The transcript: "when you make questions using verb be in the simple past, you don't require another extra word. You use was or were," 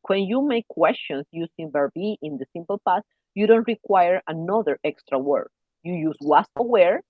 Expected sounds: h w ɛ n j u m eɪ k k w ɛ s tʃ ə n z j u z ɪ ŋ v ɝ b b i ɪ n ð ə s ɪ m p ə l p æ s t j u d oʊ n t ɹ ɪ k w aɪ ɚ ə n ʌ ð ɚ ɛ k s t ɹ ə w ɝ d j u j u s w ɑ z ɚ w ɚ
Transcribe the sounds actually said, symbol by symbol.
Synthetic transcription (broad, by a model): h w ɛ n j u m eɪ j k w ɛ s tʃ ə n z j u s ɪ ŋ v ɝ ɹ b i ɪ n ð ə s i m p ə l p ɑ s j u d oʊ n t ɹ ɪ k w aɪ ɚ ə n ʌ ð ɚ ɛ k s t ɹ ə w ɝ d j u j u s w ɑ s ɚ w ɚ